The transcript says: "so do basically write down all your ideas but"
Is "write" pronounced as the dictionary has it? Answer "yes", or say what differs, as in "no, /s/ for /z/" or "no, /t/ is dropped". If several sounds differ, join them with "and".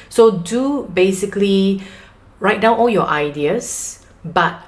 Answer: yes